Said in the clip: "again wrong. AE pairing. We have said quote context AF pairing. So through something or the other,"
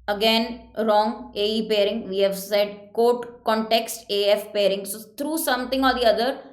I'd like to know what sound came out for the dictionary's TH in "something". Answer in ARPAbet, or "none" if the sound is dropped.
T